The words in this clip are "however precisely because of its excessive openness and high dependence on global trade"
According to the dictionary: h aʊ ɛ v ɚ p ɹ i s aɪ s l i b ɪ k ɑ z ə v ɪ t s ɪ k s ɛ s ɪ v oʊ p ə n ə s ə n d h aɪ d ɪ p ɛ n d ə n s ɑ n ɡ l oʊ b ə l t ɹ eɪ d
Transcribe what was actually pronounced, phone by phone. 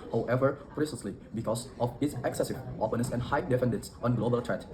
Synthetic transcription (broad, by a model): h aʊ ɛ v ɚ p ɹ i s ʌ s l i b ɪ k ɑ s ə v ɪ t s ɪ k s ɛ s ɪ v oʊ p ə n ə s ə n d h aɪ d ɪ f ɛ n d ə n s ɑ n ɡ l oʊ b ə l t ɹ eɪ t